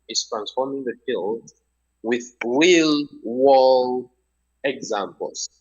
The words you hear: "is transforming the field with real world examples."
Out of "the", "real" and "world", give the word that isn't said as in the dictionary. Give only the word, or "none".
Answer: world